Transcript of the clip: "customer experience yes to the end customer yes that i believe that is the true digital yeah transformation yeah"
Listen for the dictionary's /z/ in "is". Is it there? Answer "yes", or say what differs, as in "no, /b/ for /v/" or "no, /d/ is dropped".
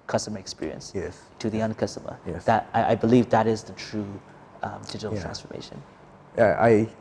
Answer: yes